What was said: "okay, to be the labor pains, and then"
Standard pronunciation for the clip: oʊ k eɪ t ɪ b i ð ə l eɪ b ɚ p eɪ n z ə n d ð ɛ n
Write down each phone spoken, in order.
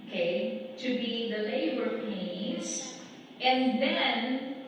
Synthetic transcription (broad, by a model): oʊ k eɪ t ɪ b i ð ə l eɪ b ɚ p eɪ z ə n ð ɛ n